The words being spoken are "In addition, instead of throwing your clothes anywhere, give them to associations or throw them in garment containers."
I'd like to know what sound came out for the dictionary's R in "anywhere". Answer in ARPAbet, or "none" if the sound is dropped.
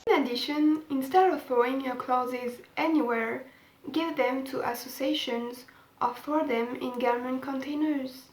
R